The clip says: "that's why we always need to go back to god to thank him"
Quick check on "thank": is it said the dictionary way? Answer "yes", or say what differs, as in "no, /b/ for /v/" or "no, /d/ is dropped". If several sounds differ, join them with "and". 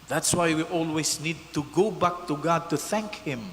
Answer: yes